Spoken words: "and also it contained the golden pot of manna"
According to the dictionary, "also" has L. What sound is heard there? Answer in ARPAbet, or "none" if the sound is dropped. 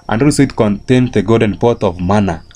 none